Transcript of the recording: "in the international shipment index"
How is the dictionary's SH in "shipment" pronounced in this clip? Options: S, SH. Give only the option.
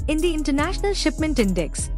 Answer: SH